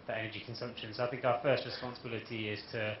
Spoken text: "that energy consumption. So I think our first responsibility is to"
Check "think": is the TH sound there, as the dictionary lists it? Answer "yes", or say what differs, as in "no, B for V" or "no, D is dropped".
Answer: yes